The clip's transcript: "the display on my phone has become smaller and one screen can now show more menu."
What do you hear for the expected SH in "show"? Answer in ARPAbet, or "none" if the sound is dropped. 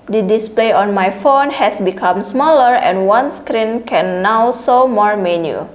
S